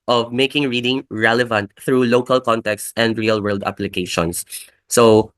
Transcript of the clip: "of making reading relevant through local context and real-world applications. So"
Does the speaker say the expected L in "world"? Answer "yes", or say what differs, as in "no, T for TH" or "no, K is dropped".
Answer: yes